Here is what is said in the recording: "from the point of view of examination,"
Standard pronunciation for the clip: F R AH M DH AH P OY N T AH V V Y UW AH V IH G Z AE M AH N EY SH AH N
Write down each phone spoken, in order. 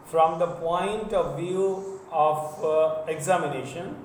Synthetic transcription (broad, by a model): F R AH M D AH P OY N T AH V V Y UW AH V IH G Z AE M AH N EY SH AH N